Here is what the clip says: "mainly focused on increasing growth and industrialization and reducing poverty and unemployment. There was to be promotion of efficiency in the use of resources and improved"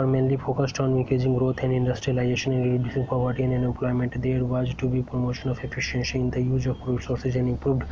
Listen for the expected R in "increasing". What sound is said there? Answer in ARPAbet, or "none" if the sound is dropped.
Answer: none